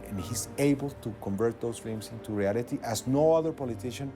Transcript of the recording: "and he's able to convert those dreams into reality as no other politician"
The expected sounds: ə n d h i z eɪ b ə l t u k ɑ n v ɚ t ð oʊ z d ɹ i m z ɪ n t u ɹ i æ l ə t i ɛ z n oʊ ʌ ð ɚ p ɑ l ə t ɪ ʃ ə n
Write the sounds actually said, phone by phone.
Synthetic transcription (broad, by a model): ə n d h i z eɪ b ə l t u k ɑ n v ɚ t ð oʊ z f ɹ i m s ɪ n t u ɹ i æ l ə t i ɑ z n oʊ ʌ ð ɚ p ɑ l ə t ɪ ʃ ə n